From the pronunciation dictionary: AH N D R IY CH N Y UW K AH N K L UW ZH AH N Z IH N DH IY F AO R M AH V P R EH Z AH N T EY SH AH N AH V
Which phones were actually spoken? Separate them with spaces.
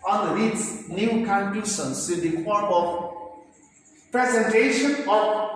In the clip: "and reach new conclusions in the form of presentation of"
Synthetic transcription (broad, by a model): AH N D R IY S N Y UW K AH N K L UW SH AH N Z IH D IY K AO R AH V P R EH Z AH N T EY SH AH N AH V